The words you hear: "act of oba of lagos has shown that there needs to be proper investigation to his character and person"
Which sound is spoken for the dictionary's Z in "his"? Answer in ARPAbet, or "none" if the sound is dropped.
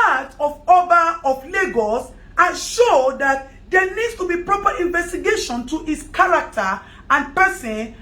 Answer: S